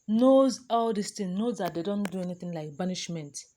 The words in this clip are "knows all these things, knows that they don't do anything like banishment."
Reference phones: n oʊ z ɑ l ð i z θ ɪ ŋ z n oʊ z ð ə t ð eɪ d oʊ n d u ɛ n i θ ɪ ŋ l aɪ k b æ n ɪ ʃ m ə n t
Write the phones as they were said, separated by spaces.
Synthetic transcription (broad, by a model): n oʊ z ɑ l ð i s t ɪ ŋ n oʊ z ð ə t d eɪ d oʊ n d u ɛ n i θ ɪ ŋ l aɪ k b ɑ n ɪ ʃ m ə n t